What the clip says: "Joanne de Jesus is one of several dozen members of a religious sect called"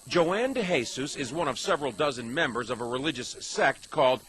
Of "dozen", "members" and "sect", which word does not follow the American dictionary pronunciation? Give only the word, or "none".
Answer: none